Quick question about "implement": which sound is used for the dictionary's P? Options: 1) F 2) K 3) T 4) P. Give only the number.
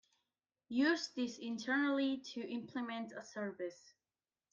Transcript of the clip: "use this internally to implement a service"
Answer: 4